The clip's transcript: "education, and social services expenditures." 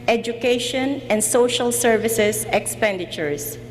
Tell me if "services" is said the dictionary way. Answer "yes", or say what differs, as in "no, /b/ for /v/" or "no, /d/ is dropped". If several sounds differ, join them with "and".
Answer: no, /s/ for /z/